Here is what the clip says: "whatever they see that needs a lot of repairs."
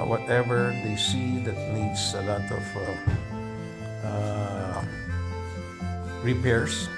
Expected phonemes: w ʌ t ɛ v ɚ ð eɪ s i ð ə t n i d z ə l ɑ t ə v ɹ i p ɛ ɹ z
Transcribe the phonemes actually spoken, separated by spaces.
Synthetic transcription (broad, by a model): w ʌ t ɛ v ɚ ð eɪ s i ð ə t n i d s ə l ɑ t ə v ɹ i p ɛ ɹ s